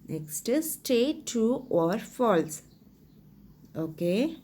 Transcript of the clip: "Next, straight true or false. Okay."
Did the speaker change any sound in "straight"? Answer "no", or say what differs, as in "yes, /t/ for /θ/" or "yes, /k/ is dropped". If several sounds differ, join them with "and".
yes, /ɹ/ is dropped